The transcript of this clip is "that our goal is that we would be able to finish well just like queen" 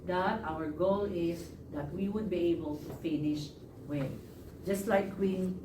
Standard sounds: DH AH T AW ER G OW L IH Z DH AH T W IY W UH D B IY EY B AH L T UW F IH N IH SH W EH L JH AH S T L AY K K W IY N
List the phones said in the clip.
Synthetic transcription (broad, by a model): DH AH T AW ER G OW L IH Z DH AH T W IY W UH D B IY EY B AH L T UW F IH N IH SH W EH N JH AH S T L AY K K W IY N